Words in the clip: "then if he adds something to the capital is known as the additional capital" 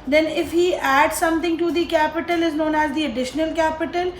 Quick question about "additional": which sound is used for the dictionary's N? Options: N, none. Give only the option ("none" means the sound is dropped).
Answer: N